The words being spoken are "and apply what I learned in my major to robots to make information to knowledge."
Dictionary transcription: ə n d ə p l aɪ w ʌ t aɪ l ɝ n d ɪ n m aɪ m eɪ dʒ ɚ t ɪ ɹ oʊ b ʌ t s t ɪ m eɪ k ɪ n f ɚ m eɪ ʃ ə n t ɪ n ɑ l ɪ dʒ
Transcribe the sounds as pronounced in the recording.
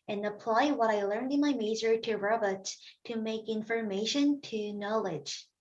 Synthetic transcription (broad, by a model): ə n ə p l aɪ w ʌ t aɪ l ɝ n d ɪ n m aɪ m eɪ z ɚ t ɪ ɹ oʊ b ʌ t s t ɪ m eɪ k ɪ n f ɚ m eɪ ʃ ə n t ɪ n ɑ l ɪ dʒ